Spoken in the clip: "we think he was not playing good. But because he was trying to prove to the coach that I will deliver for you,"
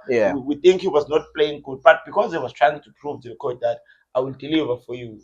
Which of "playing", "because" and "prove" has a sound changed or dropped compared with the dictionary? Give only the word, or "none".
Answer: none